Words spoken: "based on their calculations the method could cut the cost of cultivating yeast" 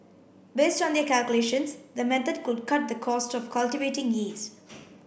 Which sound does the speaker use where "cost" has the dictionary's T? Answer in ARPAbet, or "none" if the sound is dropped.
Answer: T